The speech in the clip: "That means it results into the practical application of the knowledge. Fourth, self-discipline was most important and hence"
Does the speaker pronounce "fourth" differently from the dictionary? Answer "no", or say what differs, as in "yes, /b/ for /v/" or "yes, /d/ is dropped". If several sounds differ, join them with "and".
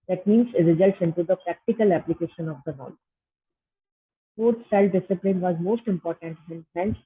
yes, /s/ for /θ/